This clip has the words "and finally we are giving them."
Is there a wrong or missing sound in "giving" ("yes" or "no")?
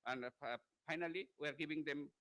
yes